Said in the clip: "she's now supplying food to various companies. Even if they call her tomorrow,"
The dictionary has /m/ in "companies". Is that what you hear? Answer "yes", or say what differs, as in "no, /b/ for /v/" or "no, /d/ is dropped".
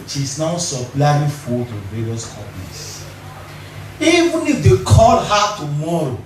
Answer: no, /m/ is dropped